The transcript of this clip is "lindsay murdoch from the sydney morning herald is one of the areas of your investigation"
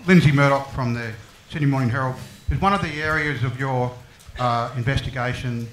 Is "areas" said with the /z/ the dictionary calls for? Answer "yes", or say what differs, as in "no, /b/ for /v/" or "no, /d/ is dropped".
yes